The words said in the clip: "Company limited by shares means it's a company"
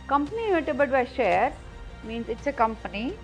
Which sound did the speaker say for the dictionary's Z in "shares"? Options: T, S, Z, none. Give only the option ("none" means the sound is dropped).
none